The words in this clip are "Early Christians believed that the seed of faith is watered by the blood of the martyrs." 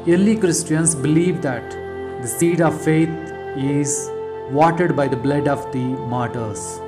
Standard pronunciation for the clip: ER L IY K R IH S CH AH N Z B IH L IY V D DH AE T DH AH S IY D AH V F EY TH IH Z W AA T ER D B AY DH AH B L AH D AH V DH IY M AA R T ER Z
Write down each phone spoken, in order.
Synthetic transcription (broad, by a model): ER L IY K R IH S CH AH N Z B IH L IY V D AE T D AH S IY D AH V F EY T IH Z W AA T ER D B AY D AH B L AH D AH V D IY M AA R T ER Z